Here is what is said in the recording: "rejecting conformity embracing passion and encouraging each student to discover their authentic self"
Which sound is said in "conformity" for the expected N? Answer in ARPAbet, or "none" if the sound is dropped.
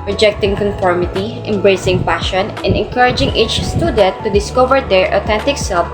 N